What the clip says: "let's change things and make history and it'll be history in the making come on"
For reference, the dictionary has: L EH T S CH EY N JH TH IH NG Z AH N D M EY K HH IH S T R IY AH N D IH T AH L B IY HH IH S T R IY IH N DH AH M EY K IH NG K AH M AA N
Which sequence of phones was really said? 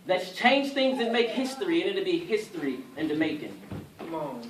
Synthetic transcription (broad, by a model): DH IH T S CH EY N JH TH IH NG Z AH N M EY K HH IH S T R IY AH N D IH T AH B IY HH IH S T R IY IH N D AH M EY IH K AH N